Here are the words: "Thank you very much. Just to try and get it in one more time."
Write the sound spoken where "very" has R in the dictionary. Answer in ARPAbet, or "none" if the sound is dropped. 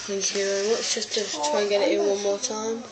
W